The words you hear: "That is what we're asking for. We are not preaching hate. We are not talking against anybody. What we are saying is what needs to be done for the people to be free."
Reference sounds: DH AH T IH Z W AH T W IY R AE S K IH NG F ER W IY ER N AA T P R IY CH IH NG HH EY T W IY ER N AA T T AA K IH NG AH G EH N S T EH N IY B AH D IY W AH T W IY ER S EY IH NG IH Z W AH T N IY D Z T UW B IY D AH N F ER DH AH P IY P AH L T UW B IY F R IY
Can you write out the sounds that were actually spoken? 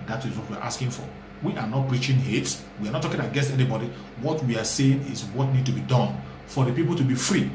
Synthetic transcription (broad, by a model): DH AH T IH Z W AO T W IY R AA S K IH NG F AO W IY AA N AA T P R IY CH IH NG HH EY T W IY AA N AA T T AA K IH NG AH G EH S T EH N IY B AH D IY W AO T W IY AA S EY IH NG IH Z W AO T N IY D T UW B IY D AH N F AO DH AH P IY P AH L T UW B IY F R IY